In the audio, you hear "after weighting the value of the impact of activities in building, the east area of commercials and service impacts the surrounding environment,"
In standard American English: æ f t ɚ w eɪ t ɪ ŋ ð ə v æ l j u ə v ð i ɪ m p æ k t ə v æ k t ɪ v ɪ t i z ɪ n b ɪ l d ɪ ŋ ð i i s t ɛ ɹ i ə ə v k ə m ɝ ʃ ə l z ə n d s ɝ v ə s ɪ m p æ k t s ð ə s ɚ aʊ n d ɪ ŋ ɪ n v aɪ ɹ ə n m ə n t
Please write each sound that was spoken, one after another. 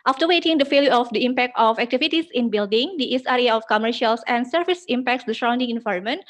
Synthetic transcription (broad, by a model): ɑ f t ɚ w eɪ t ɪ ŋ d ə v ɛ l j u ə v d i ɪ m p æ k t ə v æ k t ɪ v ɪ t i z ɪ n b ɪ l d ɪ ŋ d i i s ɛ ɹ i ə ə f k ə m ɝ ʃ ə l s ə n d s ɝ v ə s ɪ m p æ k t s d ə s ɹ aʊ n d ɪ ŋ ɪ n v aɪ ɹ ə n m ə n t